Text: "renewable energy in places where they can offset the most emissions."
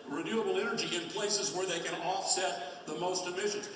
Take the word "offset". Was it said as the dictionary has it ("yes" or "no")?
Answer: yes